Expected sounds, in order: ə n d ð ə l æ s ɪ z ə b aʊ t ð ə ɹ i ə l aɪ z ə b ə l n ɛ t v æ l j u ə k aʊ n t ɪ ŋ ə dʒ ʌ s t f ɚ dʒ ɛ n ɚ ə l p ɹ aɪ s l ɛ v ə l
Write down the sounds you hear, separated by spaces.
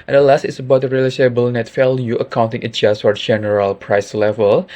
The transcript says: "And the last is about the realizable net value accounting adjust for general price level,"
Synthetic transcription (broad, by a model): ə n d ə l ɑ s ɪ s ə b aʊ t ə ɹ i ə l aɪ s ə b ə l n ɛ t f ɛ l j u ə k aʊ n t ɪ ŋ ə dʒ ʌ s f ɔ dʒ ɛ n ɚ ə l p ɹ aɪ s l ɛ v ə l